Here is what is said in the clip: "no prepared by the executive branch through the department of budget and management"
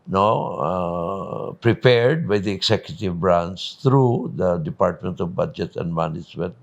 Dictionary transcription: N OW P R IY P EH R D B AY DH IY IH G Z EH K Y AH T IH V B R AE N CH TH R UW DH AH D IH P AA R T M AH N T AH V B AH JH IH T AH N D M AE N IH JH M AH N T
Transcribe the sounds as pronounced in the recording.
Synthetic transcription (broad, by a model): N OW P R IY P EH R D B AY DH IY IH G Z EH K Y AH T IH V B R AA N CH T R UW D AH D IH P AA R T M AH N T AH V B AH JH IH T AH N D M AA N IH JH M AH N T